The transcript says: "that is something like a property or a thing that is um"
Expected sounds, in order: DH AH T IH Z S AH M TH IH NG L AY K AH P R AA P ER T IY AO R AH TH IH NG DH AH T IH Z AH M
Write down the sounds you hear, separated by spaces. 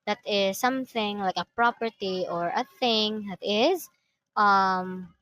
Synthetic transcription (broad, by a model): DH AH T IH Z S AH M TH IH NG L AY K AH P R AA P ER T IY AO R AH TH IH NG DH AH T IH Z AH M